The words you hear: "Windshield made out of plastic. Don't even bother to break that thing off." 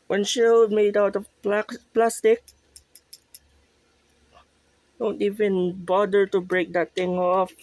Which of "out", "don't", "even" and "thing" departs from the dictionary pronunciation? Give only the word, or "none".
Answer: thing